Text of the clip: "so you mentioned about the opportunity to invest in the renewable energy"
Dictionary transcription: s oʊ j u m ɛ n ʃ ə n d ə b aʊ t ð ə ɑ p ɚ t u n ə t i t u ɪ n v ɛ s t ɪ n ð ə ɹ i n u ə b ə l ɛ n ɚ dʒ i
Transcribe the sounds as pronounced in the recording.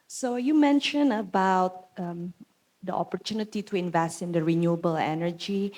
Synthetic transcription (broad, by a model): s oʊ j u m ɛ n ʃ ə n ə b aʊ t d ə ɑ p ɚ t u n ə t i t u ɪ n v ɛ s t ɪ n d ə ɹ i n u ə b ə l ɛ n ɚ dʒ i